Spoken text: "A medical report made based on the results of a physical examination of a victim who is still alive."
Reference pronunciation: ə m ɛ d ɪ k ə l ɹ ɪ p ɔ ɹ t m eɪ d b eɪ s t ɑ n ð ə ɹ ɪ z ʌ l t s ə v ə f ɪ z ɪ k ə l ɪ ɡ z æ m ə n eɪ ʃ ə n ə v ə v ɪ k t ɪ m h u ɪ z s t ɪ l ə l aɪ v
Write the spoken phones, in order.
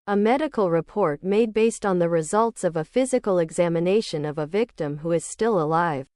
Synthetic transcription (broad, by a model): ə m ɛ d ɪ k l ɹ ɪ p ɔ ɹ t m eɪ d b eɪ s t n ð ə ɹ ɪ z ʌ l t s ə v ə f ɪ z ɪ k l ɪ ɡ z æ m ə n eɪ ʃ ə n ə v ə v ɪ k t ɪ m h u ɪ z s t ɪ l ə l aɪ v